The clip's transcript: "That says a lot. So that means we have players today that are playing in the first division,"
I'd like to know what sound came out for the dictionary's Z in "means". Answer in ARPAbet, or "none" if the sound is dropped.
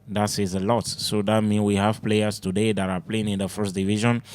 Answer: none